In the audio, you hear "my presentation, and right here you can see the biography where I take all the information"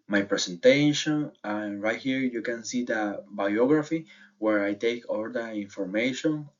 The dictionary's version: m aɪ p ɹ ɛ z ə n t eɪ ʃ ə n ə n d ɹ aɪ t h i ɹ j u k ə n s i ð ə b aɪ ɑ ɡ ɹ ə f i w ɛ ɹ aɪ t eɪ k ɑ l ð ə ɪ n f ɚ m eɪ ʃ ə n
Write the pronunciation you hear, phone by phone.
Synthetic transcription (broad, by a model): m aɪ p ɹ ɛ s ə n t eɪ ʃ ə n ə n ɹ aɪ t h i ɹ j u k ə n s i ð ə b aɪ ɑ ɡ ɹ ə f i w ɛ ɹ aɪ t eɪ k ɑ l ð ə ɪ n f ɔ m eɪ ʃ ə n